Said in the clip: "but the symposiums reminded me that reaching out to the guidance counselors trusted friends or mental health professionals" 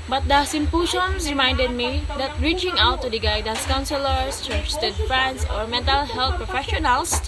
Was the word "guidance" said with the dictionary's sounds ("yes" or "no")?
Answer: no